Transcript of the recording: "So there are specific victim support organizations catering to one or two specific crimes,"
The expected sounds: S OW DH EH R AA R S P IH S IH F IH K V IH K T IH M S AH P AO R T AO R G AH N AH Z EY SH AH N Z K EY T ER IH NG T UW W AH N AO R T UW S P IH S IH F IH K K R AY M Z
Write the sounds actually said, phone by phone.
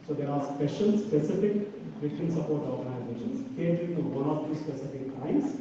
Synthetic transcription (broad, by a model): S OW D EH R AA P S P IH S IH F IH K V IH T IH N S AH P AO R T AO R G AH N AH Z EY SH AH N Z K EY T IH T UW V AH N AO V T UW S P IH S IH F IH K K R AY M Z